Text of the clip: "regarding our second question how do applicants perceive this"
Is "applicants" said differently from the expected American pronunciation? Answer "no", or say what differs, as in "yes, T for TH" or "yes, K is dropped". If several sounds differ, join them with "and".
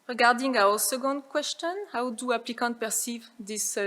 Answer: yes, S is dropped